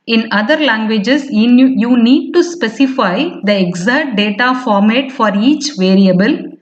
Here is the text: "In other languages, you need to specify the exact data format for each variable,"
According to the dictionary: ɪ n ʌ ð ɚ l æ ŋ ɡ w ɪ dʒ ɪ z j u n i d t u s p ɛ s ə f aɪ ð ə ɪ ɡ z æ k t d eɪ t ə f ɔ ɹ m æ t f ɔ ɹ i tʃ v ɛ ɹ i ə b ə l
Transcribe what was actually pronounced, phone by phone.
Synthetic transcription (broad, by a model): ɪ n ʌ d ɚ l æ ŋ ɡ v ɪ dʒ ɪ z j u n i d t u s p ɛ s ə f aɪ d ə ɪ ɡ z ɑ t d eɪ t ə f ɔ ɹ m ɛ t f ɔ ɹ i tʃ v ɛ ɹ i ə b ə l